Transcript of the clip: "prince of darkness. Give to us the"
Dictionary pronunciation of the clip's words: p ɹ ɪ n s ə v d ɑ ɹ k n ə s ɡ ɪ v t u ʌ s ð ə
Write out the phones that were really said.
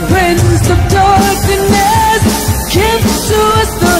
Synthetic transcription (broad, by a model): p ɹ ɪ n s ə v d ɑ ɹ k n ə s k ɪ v s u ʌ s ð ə